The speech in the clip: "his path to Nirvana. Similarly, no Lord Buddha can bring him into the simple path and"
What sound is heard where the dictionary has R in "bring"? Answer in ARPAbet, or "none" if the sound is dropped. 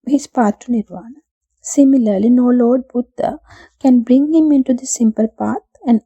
R